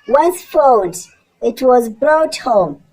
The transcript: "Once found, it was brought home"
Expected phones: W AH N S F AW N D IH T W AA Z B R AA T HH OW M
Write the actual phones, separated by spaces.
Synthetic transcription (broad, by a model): W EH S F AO L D IH T W AA Z B R AA T HH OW M